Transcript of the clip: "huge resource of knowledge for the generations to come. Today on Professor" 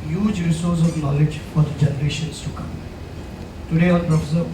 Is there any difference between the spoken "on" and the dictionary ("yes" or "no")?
yes